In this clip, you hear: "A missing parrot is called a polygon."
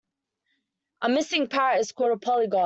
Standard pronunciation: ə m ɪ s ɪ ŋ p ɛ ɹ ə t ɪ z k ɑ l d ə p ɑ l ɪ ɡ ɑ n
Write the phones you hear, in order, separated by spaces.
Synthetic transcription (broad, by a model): ə m ɪ s ɪ ŋ p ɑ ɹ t ɪ z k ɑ d ə p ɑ l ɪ ɡ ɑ